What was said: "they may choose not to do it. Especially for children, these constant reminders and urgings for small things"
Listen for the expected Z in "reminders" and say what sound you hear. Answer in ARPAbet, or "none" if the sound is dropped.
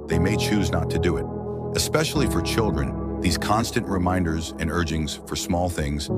Z